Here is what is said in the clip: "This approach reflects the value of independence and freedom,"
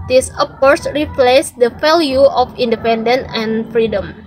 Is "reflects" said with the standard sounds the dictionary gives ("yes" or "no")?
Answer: no